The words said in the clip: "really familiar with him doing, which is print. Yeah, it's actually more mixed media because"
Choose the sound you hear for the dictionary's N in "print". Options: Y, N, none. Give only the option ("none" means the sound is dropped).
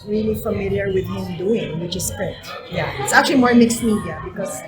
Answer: none